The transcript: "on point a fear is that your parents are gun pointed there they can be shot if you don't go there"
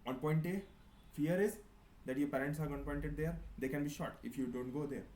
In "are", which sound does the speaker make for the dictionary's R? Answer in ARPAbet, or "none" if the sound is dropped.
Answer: R